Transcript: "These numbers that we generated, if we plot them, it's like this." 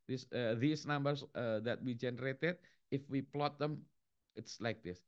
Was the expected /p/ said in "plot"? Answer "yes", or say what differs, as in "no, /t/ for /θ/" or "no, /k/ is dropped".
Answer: yes